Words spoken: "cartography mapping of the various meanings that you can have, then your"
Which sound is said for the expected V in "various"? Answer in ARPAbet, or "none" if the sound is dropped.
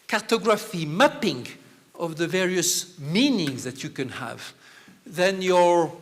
V